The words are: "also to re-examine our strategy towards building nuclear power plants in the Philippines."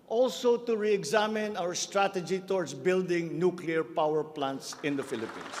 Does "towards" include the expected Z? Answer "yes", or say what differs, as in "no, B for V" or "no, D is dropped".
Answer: no, S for Z